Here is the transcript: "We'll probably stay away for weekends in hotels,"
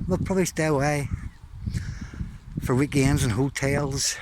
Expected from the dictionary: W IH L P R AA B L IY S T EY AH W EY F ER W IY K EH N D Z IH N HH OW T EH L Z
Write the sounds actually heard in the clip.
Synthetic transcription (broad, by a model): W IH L P R AA B L IY S T EY AH W EY F ER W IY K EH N Z IH N HH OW T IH L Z